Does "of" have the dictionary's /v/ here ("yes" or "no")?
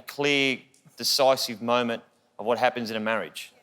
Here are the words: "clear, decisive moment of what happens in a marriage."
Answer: yes